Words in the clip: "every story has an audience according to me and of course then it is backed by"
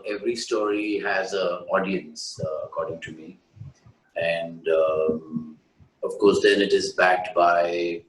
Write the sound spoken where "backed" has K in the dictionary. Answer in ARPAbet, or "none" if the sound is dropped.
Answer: K